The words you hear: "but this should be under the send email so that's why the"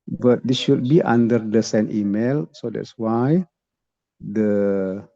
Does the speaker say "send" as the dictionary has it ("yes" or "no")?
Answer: no